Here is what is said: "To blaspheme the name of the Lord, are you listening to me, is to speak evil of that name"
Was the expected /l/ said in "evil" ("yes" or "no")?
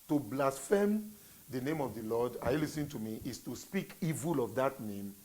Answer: yes